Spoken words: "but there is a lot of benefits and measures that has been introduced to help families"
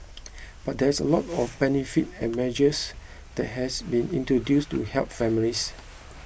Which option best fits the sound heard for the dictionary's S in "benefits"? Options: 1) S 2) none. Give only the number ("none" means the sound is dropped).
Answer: 2